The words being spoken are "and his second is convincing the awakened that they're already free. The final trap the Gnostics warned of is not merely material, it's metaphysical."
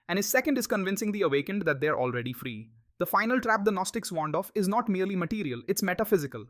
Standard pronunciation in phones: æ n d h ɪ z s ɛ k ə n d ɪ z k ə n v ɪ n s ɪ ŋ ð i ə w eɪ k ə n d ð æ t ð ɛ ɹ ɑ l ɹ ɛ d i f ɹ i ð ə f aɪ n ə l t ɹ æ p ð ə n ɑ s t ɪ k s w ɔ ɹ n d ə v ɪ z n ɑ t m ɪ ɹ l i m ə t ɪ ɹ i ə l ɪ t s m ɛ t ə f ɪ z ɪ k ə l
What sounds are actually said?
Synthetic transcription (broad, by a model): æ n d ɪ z s ɛ k ə n d ɪ z k ə n v ɪ n s ɪ ŋ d i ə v eɪ k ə n d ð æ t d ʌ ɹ ɑ l ɹ ɛ d i f ɹ i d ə f aɪ n ə l t ɹ æ p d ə n ɑ s t ɪ k s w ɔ n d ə f ɪ z n ɑ t m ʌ ɹ l i m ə t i ɹ i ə l ɪ t s m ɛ t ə f ɪ z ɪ k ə l